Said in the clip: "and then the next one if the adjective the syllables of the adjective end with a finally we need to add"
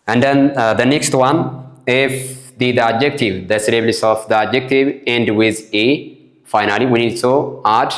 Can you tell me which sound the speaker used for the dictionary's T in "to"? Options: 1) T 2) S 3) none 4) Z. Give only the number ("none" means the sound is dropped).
2